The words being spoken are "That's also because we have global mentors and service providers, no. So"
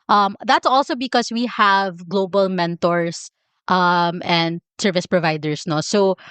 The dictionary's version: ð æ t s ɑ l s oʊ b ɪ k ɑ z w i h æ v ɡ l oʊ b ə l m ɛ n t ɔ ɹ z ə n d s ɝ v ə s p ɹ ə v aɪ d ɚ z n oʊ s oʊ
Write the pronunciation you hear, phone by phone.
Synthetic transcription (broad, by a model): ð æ t s ɑ l s oʊ b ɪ k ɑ s w i h æ v ɡ l oʊ b ə l m ɛ n t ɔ ɹ s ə n d s ɝ v ə s p ɹ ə v aɪ d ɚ s n oʊ s oʊ